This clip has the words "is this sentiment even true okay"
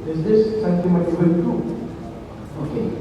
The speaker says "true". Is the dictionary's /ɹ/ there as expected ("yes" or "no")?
no